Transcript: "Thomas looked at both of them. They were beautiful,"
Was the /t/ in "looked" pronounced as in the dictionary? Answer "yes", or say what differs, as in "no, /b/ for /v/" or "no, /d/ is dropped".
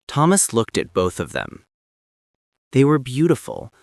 yes